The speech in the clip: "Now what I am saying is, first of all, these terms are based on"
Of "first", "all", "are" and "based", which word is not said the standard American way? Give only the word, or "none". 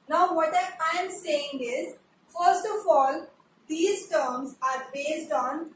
none